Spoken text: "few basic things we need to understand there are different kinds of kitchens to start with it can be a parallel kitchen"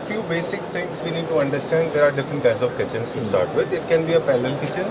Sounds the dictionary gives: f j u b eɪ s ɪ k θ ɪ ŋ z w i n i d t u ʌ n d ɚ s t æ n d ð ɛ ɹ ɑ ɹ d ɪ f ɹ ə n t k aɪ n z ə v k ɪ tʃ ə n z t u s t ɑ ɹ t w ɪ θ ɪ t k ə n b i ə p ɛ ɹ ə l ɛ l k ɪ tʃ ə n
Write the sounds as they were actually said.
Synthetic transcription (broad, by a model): f j u b eɪ s ɪ k t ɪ ŋ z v i n i d t u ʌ n d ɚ s t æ n d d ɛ ɹ ɑ ɹ d ɪ f ɹ ə n t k aɪ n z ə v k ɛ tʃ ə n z t u s t ɑ ɹ t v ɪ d ɪ t k ə n b i ə p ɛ l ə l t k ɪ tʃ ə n